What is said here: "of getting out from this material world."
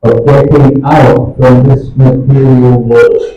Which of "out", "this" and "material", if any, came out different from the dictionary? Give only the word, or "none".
none